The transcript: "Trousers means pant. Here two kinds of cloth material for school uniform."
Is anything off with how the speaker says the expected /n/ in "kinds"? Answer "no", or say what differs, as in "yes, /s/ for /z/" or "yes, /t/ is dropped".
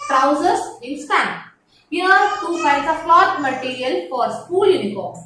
yes, /n/ is dropped